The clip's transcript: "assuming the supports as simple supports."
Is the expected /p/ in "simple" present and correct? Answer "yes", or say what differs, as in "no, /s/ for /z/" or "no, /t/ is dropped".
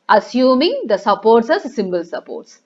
no, /b/ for /p/